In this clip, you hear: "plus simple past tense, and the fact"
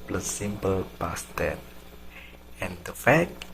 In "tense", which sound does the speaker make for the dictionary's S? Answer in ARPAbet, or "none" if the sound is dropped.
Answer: none